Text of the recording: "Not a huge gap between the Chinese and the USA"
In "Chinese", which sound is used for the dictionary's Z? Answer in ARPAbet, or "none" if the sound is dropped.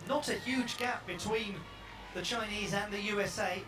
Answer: Z